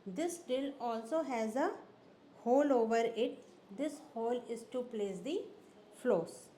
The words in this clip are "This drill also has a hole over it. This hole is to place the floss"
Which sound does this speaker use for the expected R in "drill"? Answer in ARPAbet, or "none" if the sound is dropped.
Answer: none